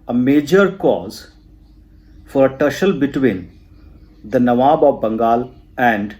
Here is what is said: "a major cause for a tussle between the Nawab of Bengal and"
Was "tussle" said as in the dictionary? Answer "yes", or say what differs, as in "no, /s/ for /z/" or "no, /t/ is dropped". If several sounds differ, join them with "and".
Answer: no, /ʃ/ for /s/